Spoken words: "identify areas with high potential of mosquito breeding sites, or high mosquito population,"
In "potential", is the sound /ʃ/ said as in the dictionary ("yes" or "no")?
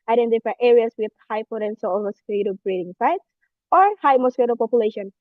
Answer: no